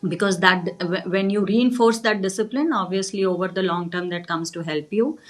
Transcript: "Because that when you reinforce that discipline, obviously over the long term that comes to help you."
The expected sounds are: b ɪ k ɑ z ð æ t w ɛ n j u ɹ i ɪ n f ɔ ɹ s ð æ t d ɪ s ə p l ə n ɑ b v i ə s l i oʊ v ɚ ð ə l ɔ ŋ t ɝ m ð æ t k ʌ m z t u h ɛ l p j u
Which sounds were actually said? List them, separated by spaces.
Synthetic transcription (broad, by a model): b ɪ k ɑ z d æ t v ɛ n j u ɹ i ɪ n f ɔ ɹ s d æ t d ɪ s ə p l ə n ɑ b v i ə s l i oʊ v ɚ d ə l ɔ ŋ t ɝ m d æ t k ʌ m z t u h ɛ l p j u